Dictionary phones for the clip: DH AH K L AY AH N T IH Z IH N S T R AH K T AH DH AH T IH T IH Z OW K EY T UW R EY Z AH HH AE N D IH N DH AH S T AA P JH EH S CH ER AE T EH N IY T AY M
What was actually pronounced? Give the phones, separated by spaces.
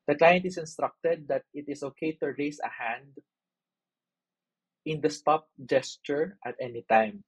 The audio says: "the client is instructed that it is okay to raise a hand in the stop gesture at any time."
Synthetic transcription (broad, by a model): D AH K L AY AH N T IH S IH N S T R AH K T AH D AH T IH T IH S OW K EY T UW R EY S AH HH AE N D IH N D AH S T AA P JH EH S CH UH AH T EH N IY T AY M